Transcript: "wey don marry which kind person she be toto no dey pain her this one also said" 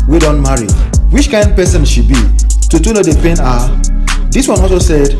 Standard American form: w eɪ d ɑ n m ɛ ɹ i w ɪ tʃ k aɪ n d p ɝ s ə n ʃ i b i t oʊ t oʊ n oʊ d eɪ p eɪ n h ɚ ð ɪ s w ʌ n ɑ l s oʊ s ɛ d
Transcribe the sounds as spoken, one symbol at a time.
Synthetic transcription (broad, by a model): w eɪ d ɑ n m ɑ ɹ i w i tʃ k aɪ n d p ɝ s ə n ʃ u b i t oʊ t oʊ l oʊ d eɪ p eɪ n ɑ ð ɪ s w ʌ n ɑ l s oʊ s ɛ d